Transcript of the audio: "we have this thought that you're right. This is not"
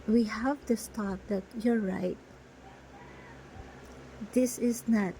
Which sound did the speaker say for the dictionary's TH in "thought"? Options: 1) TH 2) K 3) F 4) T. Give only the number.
4